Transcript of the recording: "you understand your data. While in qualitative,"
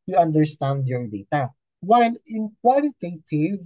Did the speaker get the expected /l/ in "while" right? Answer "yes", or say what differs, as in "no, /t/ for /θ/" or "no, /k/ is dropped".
no, /n/ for /l/